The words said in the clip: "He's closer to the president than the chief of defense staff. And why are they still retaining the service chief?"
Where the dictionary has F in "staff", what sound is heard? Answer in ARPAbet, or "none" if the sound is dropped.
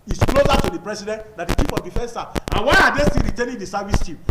none